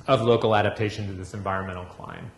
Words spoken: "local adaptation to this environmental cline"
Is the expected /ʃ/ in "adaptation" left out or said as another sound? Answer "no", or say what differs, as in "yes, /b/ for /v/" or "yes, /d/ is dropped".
no